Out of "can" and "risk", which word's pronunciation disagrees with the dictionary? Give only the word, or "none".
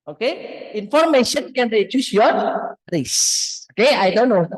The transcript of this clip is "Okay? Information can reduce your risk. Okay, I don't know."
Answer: risk